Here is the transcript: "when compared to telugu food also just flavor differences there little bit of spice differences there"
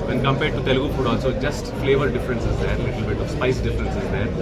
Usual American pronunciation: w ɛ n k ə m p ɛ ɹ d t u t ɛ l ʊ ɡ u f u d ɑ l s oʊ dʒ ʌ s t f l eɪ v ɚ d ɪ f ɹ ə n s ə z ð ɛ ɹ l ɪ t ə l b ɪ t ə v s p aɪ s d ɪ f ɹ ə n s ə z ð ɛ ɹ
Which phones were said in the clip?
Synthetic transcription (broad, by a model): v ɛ n k ə m p ɛ ɹ d t u t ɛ l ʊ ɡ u p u d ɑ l s oʊ dʒ ʌ s t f l eɪ v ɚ d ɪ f ɹ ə n s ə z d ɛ ɹ l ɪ t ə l b ɪ t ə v s p aɪ s d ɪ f ɹ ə n s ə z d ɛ ɹ